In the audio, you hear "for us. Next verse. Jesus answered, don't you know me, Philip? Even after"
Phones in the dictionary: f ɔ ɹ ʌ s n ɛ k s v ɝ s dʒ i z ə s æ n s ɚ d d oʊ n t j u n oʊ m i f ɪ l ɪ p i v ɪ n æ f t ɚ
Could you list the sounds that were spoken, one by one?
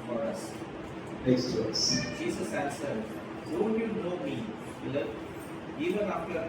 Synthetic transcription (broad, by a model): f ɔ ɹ ʌ s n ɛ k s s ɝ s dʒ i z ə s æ l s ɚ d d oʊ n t j u n oʊ m i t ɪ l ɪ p i v ɪ n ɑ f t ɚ